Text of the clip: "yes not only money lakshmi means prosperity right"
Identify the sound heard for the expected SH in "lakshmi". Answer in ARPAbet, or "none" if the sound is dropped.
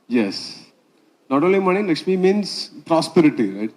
S